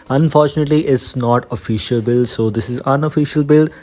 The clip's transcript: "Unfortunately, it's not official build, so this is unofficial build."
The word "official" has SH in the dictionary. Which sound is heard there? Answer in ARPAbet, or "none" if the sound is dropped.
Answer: SH